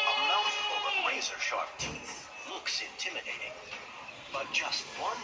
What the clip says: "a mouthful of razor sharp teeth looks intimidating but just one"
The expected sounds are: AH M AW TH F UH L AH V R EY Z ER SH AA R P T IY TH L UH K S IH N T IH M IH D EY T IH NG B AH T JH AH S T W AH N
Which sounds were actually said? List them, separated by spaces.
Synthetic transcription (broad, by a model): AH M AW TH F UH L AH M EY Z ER SH AA R P T IY TH L UH K S IH N T IH M IH D EY T IH NG B AH T JH AH S T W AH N